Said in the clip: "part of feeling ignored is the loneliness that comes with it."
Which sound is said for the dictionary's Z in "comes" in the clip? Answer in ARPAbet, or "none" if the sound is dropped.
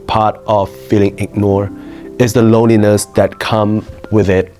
none